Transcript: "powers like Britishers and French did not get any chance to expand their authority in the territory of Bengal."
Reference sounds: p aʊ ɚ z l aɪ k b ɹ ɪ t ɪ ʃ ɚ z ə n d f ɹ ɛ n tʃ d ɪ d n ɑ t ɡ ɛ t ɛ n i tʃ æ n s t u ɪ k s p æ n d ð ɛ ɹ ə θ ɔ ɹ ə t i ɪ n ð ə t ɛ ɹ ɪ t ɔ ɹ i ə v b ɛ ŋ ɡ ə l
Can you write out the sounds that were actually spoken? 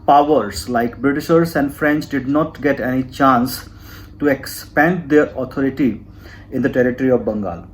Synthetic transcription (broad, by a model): p aʊ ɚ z l aɪ k b ɹ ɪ t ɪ ʃ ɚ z ə n d f ɹ ɛ n tʃ d ɪ d n ɑ t ɡ ɛ t ɛ n i tʃ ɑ n s t u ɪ k s p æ n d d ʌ ɹ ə t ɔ ɹ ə t i ɪ n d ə t ɛ ɹ ɪ t ɔ ɹ i ə v b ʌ ŋ ɡ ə l